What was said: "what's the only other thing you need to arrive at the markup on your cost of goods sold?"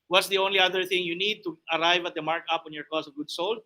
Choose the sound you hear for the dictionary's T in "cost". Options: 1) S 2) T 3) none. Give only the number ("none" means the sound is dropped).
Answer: 3